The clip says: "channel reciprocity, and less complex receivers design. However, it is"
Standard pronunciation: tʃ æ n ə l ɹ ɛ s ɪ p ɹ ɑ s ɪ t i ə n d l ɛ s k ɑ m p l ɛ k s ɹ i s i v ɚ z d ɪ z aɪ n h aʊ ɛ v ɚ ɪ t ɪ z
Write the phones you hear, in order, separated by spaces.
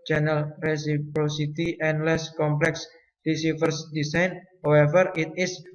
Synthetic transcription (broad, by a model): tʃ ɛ n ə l ɹ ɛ s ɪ p ɹ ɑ s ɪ t i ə n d l ɛ s k ɑ m p l ɛ k s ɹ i s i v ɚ s d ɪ s aɪ n h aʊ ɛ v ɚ ɪ t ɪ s